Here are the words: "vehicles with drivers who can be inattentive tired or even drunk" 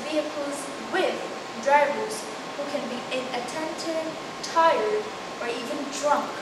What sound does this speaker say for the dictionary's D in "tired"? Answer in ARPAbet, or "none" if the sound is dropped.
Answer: D